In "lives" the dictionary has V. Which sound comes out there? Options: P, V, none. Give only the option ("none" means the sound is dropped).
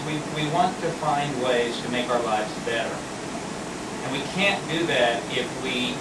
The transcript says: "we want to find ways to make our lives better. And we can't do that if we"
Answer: V